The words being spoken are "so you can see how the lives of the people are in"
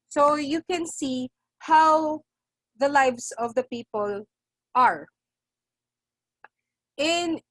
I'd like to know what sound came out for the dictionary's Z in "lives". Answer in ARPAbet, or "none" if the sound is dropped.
S